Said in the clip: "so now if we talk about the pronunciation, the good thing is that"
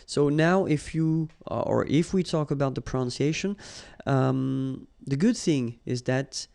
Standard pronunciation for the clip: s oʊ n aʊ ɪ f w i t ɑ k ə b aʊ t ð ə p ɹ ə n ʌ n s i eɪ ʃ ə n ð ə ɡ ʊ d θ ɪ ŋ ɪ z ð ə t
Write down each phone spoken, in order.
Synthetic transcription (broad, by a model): s oʊ n aʊ ɪ f w i t ɑ k ə b aʊ t ð ə p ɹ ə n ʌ n s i eɪ ʃ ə n ð ə ɡ ʊ d θ ɪ ŋ ɪ z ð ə t